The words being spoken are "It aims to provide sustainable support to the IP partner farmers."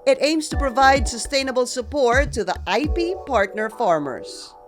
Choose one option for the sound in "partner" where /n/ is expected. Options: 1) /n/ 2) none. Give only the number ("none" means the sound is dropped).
1